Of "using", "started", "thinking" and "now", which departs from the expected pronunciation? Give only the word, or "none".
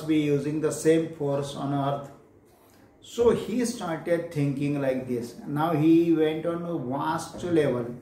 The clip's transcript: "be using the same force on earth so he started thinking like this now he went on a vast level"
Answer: thinking